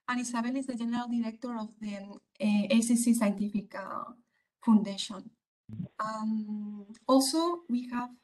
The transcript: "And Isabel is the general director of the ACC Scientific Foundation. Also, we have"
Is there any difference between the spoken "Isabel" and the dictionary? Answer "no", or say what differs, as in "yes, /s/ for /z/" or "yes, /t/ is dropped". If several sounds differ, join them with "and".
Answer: yes, /s/ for /z/